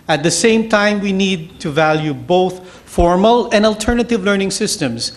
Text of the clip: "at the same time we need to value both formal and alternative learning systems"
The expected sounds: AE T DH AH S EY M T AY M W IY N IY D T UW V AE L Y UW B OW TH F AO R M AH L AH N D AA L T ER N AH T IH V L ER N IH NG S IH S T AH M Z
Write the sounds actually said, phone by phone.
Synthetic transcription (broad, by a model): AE T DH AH S EY M T AY M W IY N IY D T UW V AE L Y UW B OW TH F AO R M AH L AH N D AA L T ER N AH T IH V L ER N IH NG S IH S T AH M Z